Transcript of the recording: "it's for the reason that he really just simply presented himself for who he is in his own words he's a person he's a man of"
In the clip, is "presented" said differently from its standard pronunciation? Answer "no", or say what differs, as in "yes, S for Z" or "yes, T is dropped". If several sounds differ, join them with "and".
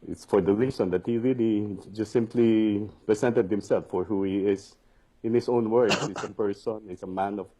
yes, S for Z